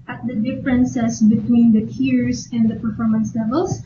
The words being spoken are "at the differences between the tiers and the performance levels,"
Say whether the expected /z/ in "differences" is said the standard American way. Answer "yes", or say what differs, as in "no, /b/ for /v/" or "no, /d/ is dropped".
no, /s/ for /z/